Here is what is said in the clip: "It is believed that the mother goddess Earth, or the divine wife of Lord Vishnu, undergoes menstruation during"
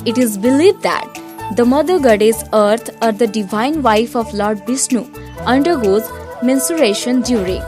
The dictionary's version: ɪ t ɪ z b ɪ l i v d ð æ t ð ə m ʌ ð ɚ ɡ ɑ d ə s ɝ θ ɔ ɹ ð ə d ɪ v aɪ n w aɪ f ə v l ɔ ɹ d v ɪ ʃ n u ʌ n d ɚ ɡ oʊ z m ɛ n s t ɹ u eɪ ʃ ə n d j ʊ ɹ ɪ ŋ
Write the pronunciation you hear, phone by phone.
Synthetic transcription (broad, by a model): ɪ t ɪ z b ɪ l i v d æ t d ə m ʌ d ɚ ɡ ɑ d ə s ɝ t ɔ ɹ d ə d ɪ v aɪ n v aɪ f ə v l ɔ ɹ d b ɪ s n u ʌ n d ɚ ɡ oʊ z m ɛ n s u ɹ eɪ ʃ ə n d j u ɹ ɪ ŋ